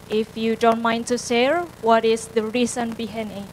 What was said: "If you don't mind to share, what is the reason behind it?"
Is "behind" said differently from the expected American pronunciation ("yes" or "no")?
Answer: yes